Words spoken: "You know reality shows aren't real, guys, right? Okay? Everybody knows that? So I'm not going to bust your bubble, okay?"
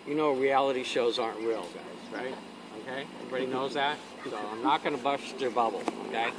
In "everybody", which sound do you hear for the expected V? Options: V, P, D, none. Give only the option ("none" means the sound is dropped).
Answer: P